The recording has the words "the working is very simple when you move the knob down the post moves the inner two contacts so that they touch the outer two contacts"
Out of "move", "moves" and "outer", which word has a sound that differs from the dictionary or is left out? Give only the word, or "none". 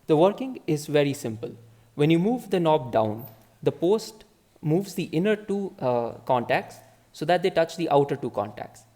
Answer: none